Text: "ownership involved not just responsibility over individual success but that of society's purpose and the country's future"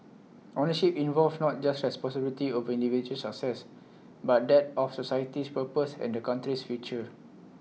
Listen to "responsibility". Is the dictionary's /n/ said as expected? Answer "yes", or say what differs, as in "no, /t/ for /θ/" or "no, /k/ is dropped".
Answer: no, /n/ is dropped